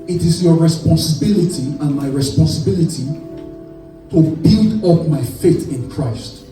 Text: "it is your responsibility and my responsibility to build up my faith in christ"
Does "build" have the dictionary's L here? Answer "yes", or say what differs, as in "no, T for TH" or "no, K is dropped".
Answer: yes